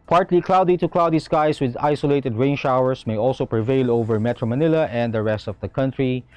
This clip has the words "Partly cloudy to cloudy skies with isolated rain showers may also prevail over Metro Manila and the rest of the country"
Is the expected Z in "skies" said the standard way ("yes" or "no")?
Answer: no